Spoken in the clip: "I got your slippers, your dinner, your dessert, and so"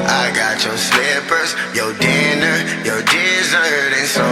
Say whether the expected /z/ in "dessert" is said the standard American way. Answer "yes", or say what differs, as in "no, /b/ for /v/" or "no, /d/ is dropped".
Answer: yes